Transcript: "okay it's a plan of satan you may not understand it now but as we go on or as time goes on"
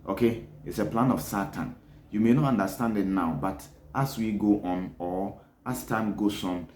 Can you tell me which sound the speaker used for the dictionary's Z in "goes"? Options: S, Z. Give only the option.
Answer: S